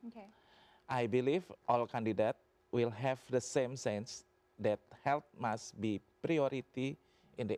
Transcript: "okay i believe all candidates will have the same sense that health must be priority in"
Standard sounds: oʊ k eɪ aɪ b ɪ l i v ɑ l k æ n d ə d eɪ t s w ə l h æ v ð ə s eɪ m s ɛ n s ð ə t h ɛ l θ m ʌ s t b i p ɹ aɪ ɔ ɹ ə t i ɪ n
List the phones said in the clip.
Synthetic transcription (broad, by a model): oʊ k aɪ b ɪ l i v ɑ l k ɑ n d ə d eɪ t w ə l h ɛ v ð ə s eɪ m s ɛ n s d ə t h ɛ l t m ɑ s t b i p ɹ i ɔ ɹ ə t i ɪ n